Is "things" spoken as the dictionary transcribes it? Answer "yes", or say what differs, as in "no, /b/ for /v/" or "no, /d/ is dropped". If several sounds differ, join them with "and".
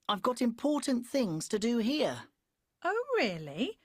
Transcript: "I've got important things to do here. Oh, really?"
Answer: yes